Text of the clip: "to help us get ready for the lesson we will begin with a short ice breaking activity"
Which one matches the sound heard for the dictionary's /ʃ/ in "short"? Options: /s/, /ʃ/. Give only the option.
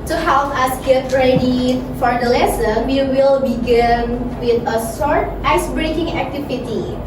/s/